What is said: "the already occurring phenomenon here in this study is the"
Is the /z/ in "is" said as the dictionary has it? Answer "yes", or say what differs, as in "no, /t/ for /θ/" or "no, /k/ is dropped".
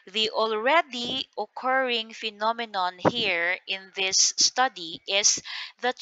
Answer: no, /s/ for /z/